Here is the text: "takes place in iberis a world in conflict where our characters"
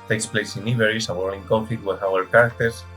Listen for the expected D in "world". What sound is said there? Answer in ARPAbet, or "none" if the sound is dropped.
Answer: none